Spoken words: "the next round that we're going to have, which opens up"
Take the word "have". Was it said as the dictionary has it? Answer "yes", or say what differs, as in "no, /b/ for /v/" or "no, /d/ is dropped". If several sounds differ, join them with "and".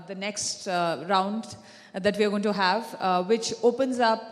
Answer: yes